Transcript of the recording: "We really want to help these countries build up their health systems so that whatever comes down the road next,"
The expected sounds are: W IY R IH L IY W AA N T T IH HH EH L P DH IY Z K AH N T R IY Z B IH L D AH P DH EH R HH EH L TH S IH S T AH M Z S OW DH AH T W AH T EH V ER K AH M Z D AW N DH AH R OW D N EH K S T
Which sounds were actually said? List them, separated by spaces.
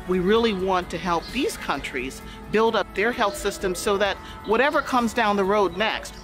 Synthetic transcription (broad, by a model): W IY R IH L IY W AA N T T IH HH EH L P DH IY Z K AH N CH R IY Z B IH L D AH P DH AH R HH EH L TH S IH S T AH M Z S OW DH AH T W AH T EH V ER K AH M Z D AW N DH AH R OW D N EH K S T